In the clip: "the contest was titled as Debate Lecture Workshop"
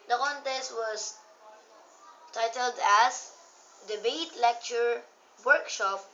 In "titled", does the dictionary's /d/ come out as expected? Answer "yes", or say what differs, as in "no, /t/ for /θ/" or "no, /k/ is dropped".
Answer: yes